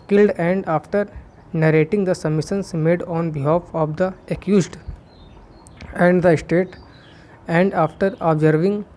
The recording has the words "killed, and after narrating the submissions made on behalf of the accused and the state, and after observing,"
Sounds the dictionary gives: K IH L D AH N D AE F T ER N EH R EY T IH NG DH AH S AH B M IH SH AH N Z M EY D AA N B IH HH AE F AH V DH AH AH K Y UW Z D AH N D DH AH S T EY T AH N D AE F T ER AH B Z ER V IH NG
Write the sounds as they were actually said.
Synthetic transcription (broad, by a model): K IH L D AH N D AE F T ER N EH R EY T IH NG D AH S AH M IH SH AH N S M EY D AA N B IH HH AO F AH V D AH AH K Y UW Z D AH N D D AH S T EY T AH N D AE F T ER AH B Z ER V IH NG